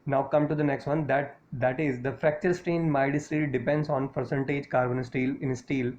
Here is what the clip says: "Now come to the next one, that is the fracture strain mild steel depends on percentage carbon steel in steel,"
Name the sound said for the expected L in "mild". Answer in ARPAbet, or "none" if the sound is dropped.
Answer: none